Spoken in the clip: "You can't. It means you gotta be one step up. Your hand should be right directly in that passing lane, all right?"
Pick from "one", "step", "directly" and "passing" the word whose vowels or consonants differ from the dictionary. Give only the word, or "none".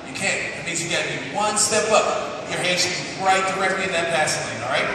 passing